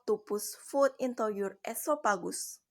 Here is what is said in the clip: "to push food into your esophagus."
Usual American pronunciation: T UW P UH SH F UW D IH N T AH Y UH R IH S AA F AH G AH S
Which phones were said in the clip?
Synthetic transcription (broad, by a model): T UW P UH S F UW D IH N T AH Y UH R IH S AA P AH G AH S